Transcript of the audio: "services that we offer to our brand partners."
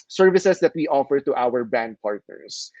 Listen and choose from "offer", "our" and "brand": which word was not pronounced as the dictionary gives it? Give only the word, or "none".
brand